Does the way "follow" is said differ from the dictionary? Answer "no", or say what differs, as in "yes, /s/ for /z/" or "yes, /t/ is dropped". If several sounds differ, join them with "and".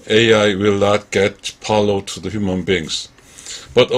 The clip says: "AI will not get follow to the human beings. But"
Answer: yes, /p/ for /f/